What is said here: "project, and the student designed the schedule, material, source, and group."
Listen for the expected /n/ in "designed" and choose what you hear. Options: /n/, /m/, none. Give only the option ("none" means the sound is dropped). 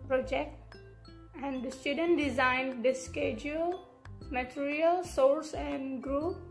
/n/